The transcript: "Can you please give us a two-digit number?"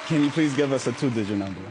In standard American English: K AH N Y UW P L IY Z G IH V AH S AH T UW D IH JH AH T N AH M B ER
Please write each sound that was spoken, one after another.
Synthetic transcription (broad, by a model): K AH N Y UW P L IY Z G IH V AH S AH T UW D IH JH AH N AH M B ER